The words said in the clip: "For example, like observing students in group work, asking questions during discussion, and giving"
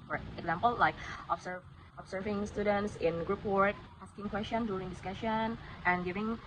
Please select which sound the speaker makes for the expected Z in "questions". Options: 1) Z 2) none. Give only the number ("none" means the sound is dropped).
2